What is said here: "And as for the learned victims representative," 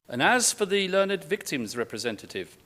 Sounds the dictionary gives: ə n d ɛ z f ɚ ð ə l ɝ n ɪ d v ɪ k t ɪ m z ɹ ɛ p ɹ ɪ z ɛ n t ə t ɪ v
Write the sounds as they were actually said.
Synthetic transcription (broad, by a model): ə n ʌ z f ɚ ð ə l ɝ n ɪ d v ɪ k t ɪ m z ɹ ɛ p ɹ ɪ z ɛ n t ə t ɪ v